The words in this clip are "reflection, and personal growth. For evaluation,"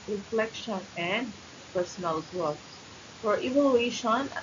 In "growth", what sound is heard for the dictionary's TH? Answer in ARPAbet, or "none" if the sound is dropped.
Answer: S